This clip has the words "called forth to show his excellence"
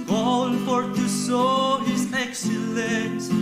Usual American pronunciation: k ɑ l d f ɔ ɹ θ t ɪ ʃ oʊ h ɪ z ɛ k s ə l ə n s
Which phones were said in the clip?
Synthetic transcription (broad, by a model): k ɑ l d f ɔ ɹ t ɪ s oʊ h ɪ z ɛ k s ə l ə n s